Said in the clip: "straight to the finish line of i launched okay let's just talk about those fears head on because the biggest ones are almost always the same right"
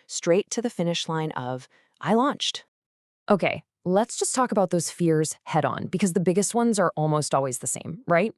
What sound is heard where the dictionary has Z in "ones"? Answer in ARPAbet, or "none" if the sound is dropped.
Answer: Z